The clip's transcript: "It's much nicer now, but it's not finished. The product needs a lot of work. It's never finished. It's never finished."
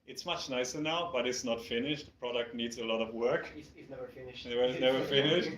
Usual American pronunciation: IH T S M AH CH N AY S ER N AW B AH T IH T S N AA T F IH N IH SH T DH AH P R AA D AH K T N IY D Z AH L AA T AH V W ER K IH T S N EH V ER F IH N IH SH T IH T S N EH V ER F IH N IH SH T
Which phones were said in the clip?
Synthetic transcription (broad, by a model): IH T S M AH CH N AY S ER N AW B AH T IH T S N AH T F IH N IH SH T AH P R AA D AH K T N IY D Z AH L AA T AH V W ER K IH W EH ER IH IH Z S N EH V ER F IH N IH SH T